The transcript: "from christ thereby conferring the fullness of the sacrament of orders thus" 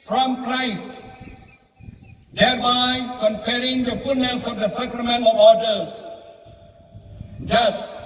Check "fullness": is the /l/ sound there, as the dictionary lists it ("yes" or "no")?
yes